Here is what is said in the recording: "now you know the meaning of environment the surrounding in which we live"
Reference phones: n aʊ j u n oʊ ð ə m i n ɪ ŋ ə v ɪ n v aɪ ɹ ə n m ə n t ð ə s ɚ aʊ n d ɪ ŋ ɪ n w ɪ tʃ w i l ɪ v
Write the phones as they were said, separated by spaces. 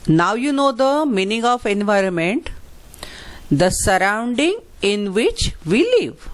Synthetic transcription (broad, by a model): n aʊ j u n oʊ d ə m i n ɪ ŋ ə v ɪ n v aɪ ɹ ə n m ə n t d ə s ɚ aʊ n d ɪ ŋ ɪ n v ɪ tʃ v i l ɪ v